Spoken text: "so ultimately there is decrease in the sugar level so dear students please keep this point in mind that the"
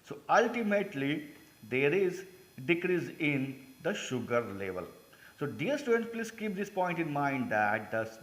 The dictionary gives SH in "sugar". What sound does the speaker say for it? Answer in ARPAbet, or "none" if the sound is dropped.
SH